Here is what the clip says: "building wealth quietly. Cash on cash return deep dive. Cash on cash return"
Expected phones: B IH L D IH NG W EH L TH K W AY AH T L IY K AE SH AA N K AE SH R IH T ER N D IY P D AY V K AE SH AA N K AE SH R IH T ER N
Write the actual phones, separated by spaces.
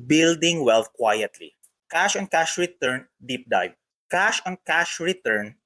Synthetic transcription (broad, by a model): B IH L D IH NG W EH L F K W AY AH T L IY K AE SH AA N K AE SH R IH T ER N D IY P D AY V K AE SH AA N K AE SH R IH T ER N